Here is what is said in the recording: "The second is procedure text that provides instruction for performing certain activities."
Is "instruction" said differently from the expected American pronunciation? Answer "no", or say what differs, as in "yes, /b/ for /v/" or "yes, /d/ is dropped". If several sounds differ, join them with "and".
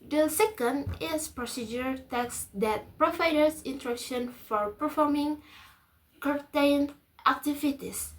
yes, /s/ is dropped